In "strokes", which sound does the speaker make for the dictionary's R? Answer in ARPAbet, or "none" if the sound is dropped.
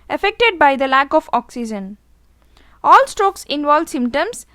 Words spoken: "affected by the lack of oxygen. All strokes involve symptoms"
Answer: R